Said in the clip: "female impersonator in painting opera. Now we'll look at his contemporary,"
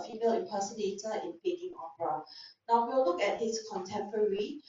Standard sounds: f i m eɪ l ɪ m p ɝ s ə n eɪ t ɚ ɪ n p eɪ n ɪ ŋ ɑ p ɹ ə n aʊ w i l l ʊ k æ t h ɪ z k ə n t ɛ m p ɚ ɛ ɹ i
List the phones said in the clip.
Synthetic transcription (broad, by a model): f i m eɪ l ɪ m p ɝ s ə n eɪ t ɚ ɪ n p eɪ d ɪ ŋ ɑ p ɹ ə n aʊ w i w l ʊ k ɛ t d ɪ s k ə n t ɛ m p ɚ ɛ ɹ i